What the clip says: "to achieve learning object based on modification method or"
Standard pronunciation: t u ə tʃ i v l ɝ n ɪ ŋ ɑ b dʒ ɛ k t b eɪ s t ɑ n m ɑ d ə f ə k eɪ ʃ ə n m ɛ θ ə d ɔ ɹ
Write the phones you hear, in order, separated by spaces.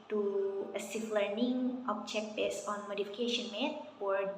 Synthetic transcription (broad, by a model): t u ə s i f l ɝ n ɪ ŋ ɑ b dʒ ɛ k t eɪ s ɑ n m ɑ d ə f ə k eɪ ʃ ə n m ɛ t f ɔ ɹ